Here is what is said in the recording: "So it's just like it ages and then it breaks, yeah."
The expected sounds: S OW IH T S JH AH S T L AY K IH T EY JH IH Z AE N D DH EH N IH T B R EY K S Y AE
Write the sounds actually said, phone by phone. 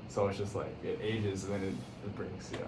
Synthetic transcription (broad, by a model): S OW IH T S JH AH S T L AY K IH T EY JH IH Z N DH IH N IH T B R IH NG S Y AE